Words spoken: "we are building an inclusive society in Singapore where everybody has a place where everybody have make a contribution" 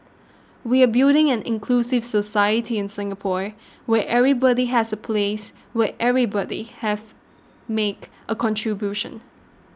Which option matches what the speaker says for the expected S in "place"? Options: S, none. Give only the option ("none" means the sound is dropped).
S